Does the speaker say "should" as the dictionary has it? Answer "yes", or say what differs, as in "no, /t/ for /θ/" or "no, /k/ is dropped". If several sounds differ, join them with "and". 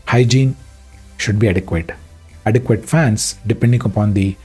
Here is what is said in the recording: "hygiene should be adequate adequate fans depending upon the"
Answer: yes